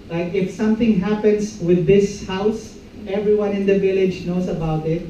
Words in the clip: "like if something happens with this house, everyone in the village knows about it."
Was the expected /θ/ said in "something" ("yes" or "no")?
no